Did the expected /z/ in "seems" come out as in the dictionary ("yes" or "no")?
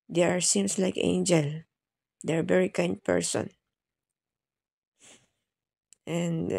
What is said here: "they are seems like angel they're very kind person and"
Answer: no